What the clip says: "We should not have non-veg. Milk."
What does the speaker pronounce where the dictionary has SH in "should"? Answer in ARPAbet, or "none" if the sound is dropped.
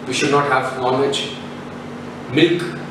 SH